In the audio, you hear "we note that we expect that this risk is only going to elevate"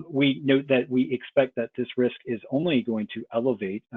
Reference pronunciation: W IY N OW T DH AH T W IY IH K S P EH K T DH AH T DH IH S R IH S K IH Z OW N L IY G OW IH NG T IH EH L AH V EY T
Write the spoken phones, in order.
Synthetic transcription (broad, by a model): W IY N OW T DH AH T W IY IH K S P EH K T DH AH T DH IH S R IH S K IH Z OW N L IY G OW IH NG T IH EH L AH V EY T